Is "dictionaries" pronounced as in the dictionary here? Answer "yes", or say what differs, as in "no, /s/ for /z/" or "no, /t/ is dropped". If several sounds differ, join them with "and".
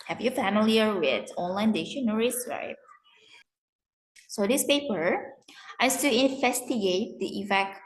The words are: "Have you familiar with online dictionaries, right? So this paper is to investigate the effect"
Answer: no, /k/ is dropped